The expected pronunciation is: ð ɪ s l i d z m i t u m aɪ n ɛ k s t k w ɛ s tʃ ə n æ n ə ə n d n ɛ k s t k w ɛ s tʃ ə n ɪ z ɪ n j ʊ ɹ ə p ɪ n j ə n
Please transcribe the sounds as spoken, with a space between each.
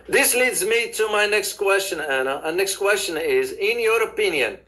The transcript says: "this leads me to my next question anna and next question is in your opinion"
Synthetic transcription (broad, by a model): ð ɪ s l i d z m i t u m aɪ n ɛ k s t k w ɛ s tʃ ə n æ n ə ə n n ɛ k s t k w ɛ s tʃ ə n ɪ z ɪ n j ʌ ɹ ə p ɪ n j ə n